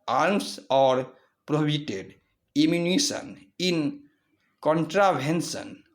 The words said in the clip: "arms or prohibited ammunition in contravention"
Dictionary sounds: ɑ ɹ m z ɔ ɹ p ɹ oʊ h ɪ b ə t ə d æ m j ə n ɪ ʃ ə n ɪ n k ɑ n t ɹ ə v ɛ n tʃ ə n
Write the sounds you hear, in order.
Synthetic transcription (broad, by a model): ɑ ɹ m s ɔ ɹ p ɹ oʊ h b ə t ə d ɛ m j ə n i s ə n ɪ n k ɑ n t ɹ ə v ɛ n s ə n